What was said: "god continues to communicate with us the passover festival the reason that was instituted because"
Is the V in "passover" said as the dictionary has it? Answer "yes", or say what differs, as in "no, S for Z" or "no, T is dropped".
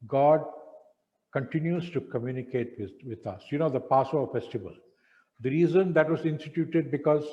no, V is dropped